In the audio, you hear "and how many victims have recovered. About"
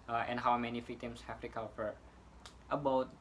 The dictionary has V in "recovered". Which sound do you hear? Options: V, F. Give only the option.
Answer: F